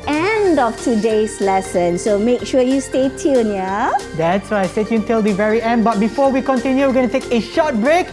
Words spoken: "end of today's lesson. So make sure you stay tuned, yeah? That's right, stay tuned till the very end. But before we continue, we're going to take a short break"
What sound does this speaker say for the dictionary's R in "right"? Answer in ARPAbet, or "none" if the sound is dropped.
W